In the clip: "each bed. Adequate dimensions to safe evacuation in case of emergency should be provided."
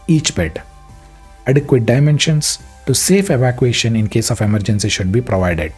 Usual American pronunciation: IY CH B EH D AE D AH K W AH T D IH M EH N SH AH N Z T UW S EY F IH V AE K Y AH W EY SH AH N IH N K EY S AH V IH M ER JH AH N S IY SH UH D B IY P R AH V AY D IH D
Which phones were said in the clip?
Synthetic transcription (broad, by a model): IY CH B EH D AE D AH K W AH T D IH M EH N SH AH N S T UW S EY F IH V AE K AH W EY SH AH N IH N K EY S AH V IH M ER JH AH N S IY SH UH D B IY P R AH V AY D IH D